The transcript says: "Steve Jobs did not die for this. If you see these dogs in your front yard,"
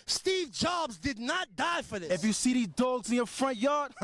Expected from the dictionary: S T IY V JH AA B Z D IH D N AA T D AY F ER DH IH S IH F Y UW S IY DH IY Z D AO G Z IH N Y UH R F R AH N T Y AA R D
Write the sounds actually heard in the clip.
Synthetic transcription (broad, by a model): S T IY V JH AA B Z D IH D N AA T D AY F ER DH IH IH F Y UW S IY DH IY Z D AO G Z IH N Y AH R F R AH N T Y AA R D